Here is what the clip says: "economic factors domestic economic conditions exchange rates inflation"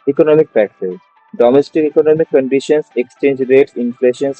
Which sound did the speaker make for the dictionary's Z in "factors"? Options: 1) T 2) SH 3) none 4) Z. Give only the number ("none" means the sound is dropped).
3